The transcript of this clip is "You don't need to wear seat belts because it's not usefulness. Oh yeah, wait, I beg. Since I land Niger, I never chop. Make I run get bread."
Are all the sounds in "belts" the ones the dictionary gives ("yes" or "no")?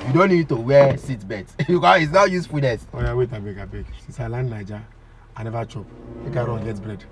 no